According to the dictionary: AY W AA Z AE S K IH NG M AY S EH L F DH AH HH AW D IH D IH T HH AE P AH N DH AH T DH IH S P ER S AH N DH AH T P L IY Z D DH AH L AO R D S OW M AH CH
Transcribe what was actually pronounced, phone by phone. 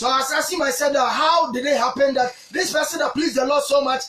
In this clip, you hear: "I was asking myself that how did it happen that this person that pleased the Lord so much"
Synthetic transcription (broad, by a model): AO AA S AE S IH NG M AY S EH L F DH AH HH AW D IH D IH T HH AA P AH N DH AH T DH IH S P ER S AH N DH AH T P L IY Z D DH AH L AO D S OW M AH CH